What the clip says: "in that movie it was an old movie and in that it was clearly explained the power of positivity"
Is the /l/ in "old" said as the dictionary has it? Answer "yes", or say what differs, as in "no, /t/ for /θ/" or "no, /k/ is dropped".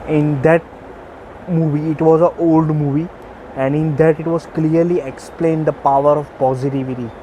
yes